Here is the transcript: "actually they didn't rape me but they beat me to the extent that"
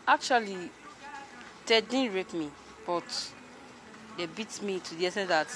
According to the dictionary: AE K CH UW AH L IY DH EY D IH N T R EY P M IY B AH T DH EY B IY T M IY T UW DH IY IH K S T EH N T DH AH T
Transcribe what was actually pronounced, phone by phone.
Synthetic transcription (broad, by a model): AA K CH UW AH L IY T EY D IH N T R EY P M IY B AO T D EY B IY T M IY T UW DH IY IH S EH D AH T